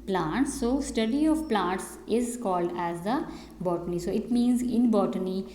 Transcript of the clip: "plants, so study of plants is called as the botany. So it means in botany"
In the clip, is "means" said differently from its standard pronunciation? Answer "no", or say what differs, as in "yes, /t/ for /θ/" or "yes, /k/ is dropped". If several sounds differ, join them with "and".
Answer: no